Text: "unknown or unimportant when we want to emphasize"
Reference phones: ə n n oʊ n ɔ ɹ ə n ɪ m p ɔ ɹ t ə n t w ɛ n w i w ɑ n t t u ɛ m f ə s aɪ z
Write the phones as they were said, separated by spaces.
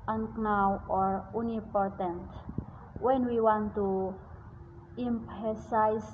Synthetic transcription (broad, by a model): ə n n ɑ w ɔ ɹ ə n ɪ p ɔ ɹ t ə n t w ɛ n w i w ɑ n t t u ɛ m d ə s aɪ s